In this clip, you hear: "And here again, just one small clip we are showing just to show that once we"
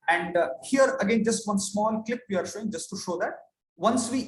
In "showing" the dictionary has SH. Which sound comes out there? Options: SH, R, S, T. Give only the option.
SH